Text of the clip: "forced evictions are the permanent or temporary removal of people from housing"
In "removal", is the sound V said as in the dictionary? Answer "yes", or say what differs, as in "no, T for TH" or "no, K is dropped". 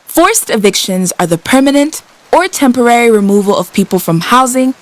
yes